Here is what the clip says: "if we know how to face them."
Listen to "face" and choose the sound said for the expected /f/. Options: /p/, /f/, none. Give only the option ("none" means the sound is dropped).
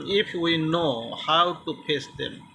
/p/